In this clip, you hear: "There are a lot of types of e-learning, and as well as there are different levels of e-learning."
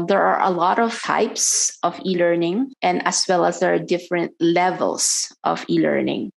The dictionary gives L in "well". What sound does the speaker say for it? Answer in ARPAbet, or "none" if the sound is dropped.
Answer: L